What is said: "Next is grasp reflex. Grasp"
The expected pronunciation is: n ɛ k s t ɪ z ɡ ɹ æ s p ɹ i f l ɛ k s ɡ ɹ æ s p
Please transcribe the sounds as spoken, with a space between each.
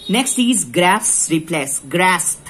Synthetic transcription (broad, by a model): n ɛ k s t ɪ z ɡ ɹ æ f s ɹ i p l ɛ s ɡ ɹ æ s